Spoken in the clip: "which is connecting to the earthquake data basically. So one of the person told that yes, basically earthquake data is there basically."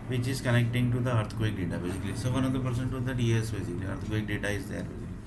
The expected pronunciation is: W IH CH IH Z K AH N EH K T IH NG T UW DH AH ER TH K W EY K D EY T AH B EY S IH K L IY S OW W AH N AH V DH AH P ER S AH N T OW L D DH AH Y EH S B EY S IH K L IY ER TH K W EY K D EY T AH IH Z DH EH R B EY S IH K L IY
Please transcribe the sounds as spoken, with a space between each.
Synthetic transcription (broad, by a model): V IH CH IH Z K AH N EH K T IH NG T UW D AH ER T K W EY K D EY T AH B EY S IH K L IY S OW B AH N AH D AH P ER S AH N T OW D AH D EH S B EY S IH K L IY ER T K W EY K D EY T AH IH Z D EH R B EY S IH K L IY